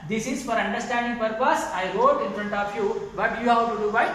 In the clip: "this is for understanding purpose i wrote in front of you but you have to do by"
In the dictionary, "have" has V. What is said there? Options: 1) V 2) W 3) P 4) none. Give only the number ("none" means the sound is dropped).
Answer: 2